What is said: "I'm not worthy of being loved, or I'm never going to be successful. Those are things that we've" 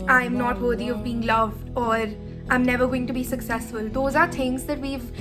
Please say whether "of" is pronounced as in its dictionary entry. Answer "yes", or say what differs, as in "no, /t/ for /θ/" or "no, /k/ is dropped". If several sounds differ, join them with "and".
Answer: yes